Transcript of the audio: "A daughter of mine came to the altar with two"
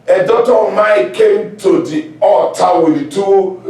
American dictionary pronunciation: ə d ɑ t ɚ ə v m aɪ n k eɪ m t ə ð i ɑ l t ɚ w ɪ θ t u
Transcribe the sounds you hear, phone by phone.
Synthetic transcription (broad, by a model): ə d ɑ t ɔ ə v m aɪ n k eɪ m t ə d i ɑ t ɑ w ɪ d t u